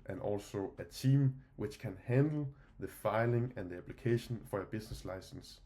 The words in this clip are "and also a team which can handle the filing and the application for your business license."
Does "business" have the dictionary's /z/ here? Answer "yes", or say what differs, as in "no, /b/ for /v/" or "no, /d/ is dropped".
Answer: no, /s/ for /z/